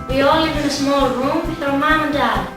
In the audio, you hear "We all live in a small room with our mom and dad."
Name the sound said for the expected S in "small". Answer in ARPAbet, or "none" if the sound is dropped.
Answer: S